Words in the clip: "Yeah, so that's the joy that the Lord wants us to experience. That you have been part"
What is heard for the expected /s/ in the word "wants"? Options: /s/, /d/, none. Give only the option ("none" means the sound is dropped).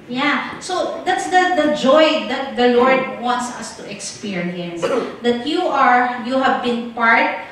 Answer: /s/